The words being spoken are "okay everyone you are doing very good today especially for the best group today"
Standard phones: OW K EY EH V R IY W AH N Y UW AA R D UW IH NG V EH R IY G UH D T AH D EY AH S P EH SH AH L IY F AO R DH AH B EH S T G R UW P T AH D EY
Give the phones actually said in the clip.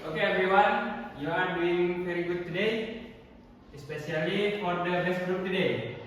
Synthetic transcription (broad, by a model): OW K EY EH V R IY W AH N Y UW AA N D UW IH NG P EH R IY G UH T AH D EY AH S P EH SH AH L IY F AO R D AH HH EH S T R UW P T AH D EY